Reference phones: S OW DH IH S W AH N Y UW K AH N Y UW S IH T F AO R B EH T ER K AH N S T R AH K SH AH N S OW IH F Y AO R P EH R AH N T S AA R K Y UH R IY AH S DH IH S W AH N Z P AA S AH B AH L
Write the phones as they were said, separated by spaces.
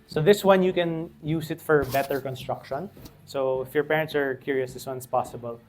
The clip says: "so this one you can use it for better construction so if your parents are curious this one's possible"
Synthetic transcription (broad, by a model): S OW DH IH S W AH N Y UW K AH N Y UW S IH T F AO R B EH T ER K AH N S T R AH K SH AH N S OW IH F Y AO R P EH R AH N T S AA R K Y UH R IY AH S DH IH S W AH N S P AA S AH B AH L